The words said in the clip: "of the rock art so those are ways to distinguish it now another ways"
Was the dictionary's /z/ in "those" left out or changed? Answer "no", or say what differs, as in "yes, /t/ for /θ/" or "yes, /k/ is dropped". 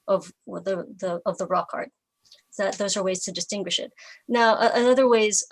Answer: no